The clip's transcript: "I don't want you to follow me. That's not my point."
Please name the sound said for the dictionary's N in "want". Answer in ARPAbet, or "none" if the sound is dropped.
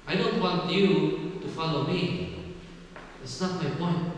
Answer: N